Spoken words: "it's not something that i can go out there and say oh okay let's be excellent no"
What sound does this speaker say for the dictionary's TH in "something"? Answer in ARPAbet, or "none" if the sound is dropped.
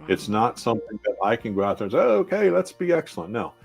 TH